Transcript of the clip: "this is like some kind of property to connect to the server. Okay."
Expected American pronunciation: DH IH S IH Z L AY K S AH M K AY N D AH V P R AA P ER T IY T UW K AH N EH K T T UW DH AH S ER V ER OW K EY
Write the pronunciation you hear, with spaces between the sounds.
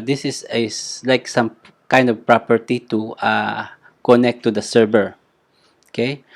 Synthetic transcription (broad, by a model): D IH S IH S L AY K S AH M K AY N D AH V P R AA P ER T IY T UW K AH N EH K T T UW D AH S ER B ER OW K EY